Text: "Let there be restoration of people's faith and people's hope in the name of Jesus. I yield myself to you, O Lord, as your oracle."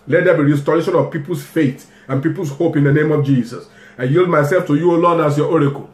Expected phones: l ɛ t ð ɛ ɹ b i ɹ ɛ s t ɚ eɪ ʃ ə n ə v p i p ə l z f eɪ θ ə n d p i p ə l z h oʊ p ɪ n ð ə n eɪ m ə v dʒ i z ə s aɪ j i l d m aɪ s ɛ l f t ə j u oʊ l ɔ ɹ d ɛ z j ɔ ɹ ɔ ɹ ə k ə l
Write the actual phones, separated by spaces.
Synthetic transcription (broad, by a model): l ɛ t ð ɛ b i ɹ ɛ s t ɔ eɪ ʃ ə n ə v p i p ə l s f eɪ t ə n p i p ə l s h oʊ p ɪ n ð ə n eɪ m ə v dʒ i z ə s aɪ j i l d m aɪ s ɛ l f t ə j u oʊ l ɔ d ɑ s j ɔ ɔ ɹ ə k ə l